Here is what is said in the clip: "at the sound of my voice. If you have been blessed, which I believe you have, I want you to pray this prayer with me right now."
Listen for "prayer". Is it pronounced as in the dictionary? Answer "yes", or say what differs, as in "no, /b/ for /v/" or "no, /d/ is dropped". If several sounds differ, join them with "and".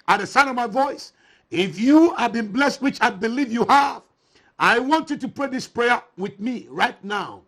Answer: yes